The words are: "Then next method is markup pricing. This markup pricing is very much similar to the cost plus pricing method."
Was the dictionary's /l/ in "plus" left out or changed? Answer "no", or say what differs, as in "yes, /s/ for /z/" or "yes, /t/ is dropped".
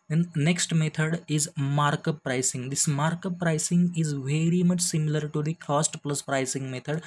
no